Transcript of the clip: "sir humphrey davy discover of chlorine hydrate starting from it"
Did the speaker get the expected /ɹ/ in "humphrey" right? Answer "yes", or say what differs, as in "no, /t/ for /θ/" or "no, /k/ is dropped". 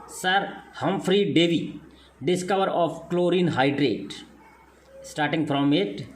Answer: yes